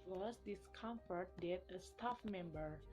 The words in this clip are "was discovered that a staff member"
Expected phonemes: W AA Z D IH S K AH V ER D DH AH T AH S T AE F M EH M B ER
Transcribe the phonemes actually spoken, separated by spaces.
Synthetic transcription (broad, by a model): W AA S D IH S K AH F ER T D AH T AH S T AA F M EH M B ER